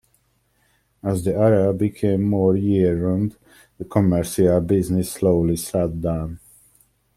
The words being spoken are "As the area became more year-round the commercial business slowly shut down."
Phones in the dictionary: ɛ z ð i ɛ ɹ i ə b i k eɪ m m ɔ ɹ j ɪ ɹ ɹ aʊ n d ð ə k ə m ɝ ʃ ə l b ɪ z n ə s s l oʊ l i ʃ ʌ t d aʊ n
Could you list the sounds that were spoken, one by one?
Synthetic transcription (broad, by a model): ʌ z ð i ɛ ɹ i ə b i k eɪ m m ɔ ɹ j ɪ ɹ ɹ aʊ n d ð ə k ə m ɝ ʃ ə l b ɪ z n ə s s l oʊ l i s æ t d aʊ n